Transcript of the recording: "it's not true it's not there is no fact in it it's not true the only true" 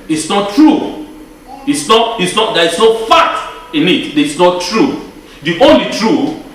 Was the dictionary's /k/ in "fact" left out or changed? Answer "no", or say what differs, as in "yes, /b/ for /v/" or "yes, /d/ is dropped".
yes, /k/ is dropped